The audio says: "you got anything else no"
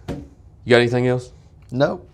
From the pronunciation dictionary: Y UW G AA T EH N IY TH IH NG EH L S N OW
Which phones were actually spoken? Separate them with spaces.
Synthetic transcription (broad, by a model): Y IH EH N IY TH IH NG EH L S N OW